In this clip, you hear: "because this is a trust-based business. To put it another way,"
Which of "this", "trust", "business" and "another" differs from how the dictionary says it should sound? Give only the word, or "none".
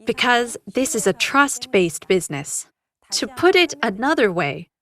none